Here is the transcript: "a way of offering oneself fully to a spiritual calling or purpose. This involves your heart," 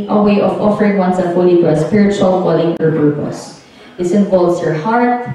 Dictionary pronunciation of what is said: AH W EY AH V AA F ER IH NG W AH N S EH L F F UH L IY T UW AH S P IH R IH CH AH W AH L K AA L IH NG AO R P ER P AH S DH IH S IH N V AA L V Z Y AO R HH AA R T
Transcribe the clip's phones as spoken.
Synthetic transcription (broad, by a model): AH W EY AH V AA F ER IH NG W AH N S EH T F F UH L IY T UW AH S P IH R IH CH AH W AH L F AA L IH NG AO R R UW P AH S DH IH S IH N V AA L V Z Y AO R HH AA R T